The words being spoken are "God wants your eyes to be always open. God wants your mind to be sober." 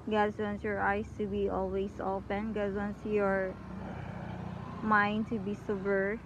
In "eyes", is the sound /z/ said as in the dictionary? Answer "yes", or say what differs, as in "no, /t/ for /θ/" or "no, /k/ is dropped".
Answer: no, /s/ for /z/